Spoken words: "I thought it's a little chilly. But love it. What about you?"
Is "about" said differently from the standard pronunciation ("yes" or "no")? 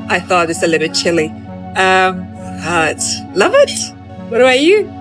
yes